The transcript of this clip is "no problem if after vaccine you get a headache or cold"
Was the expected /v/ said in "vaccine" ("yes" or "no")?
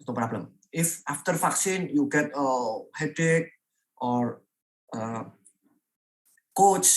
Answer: no